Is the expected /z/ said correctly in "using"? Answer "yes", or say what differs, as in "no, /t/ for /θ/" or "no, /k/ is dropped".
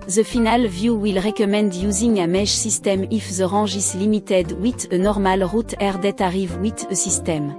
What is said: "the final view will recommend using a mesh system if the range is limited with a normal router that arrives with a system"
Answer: yes